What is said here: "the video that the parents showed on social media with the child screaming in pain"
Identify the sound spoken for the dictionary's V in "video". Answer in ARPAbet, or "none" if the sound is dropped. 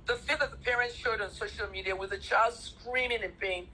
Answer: F